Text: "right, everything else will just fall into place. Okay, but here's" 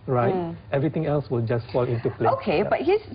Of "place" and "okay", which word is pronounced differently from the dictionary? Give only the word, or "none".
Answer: place